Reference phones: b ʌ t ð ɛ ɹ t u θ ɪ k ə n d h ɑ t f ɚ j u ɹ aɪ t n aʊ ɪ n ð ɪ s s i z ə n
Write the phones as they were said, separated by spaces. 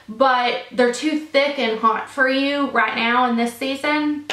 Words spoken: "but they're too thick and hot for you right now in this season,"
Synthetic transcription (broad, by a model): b ʌ t ð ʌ ɹ t u θ ɪ k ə n h ɑ t f ɚ j u ɹ aɪ t n aʊ ɪ n ð ɪ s s i z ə n